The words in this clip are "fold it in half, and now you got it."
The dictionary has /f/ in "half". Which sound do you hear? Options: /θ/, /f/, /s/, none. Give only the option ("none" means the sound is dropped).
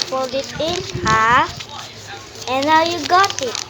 none